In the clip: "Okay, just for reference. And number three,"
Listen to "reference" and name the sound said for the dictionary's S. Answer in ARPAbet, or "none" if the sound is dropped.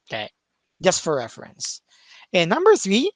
S